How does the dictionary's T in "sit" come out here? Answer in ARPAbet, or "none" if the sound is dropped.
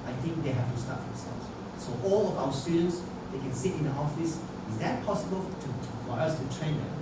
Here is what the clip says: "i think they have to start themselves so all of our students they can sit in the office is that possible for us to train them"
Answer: T